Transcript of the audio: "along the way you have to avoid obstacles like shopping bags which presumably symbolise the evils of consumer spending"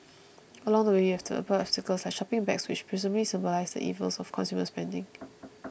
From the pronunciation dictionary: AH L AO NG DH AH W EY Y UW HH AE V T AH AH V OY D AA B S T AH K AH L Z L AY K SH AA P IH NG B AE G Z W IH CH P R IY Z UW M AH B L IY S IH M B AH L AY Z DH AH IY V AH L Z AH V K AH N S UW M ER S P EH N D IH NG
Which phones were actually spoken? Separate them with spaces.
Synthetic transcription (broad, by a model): AH L AO NG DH AH W EY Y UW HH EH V T AH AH P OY AA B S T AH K AH L S L AY K SH AA P IH NG B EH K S W IH CH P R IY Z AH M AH L IY S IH M B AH L AY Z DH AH IY V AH L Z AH F K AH N S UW M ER S P EH N D IH NG